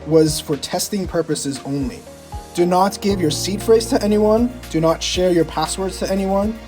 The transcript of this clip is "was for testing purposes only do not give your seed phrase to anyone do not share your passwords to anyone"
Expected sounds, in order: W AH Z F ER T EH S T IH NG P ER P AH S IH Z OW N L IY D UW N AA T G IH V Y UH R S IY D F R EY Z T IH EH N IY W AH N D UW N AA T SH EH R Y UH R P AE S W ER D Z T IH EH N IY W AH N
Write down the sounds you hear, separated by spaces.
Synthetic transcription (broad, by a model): W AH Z F ER T EH S T IH NG P ER P AH S IH Z OW N L IY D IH N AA T G IH V Y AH R S IY D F R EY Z T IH EH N IY W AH N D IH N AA T SH EH R Y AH R P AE S W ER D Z T IH EH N IY W AH N